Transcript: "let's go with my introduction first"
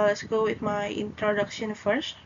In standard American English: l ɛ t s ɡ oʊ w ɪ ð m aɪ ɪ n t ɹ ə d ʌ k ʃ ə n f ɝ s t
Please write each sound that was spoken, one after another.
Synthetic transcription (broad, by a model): l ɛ t s ɡ oʊ w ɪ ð m aɪ ɪ n t ɹ ə d ʌ k ʃ ə n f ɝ s t